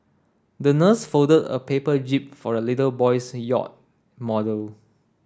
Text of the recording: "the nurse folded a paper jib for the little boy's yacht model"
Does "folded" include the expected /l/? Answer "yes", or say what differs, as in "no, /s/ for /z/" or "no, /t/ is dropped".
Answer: no, /l/ is dropped